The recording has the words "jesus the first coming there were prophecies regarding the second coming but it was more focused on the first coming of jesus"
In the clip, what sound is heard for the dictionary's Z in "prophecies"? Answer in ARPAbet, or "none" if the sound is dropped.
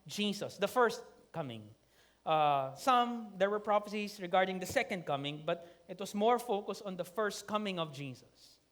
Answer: S